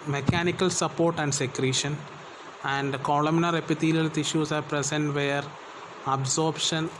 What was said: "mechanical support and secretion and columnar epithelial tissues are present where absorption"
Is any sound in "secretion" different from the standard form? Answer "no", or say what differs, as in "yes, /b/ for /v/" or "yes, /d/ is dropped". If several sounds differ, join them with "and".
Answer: no